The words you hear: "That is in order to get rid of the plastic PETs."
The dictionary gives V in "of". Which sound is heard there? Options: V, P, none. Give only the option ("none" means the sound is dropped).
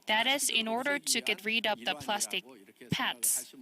P